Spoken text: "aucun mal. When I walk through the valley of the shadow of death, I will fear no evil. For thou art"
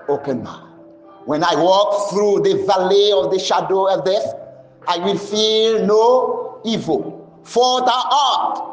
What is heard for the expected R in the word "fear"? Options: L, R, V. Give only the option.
L